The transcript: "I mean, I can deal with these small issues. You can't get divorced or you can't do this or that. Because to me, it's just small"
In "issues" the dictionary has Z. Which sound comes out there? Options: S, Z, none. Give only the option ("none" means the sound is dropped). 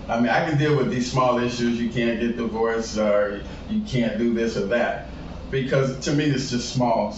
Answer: Z